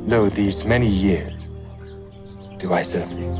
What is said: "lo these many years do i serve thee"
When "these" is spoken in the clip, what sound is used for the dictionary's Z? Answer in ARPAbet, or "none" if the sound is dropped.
Z